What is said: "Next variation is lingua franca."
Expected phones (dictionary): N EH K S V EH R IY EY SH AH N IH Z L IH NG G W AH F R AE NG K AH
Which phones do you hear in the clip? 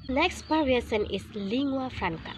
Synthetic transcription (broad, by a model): N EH K S P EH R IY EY S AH N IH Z L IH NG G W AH F R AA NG K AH